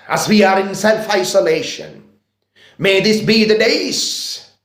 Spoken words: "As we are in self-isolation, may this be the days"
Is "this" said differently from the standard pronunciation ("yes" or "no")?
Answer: no